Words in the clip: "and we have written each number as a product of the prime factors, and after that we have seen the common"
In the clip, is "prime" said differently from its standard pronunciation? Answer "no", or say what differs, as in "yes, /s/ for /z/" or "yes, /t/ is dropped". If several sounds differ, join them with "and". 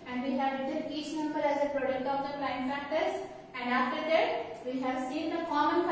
yes, /l/ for /ɹ/